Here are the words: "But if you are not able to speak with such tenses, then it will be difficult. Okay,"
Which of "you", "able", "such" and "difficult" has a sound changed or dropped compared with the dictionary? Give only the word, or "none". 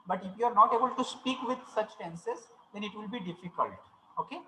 none